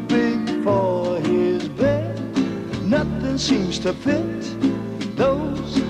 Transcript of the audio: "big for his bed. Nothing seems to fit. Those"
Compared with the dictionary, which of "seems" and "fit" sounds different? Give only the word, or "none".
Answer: fit